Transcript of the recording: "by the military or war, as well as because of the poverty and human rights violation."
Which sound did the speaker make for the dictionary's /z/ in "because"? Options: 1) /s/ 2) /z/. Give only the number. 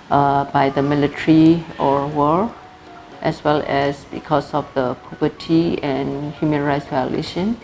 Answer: 1